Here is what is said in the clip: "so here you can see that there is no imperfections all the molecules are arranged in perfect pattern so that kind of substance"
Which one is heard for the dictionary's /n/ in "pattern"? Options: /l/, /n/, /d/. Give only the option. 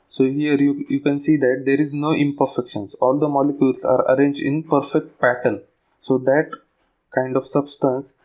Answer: /l/